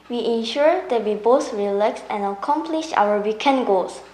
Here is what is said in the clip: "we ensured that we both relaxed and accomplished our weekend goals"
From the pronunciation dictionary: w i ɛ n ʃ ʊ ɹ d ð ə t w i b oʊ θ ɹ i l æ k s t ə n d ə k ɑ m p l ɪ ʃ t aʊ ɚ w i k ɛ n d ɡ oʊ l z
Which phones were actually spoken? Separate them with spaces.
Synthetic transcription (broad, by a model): w i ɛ n ʃ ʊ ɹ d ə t w i b oʊ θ ɹ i l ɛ k s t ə n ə k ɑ m p l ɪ ʃ aʊ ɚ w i k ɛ n ɡ oʊ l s